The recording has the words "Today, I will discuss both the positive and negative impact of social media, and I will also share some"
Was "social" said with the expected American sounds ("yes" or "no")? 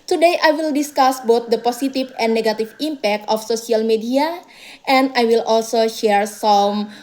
no